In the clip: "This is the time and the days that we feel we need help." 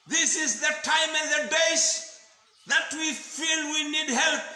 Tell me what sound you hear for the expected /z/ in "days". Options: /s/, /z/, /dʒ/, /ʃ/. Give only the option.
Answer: /s/